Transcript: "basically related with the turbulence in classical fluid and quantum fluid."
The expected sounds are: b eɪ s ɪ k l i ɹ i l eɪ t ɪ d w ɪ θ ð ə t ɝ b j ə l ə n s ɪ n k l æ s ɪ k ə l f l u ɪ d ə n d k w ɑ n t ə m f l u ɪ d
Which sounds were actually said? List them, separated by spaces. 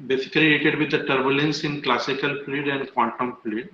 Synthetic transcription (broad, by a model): b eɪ s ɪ k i l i eɪ t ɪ d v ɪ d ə t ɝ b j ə l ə n s ɪ n k l æ s ɪ k ə l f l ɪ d ə n d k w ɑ n t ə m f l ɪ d